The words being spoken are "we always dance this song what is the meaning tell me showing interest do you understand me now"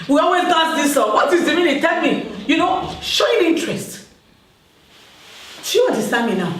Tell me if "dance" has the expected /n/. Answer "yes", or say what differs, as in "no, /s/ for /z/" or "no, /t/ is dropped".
no, /n/ is dropped